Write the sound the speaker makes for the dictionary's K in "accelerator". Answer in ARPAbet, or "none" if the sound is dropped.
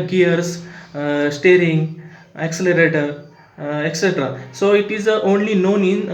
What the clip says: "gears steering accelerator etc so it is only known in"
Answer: K